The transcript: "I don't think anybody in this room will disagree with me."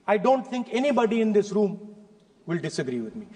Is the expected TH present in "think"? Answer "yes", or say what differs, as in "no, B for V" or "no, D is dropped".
no, T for TH